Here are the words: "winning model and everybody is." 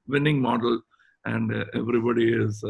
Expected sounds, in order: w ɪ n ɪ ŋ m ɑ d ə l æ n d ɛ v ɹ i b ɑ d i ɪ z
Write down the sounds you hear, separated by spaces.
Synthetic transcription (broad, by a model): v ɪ n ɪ ŋ m ɑ d ə l æ n d ɛ v ɹ i b ɑ d i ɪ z